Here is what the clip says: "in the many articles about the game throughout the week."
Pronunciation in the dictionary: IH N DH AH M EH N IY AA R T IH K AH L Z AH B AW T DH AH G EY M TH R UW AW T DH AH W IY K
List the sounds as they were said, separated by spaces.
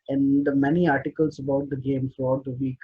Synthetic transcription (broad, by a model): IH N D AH M EH N IY AA R T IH K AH L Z AH B AW T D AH G EY M F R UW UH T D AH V IY K